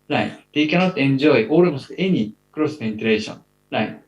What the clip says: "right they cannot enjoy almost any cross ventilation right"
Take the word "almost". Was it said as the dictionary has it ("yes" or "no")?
no